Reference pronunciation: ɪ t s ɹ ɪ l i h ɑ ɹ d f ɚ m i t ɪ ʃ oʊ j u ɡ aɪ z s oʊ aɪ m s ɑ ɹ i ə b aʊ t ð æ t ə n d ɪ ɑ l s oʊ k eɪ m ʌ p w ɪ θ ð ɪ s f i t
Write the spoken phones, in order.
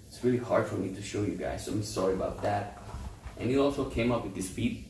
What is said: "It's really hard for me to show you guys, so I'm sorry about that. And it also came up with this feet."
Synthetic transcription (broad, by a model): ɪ t s ɹ ɪ l i h ɑ ɹ d f ɚ m i t ɪ ʃ oʊ j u ɡ aɪ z s oʊ aɪ m s ɑ ɹ i ə b aʊ t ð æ t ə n ɪ ɑ l s oʊ k eɪ m ʌ p w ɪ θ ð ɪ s f i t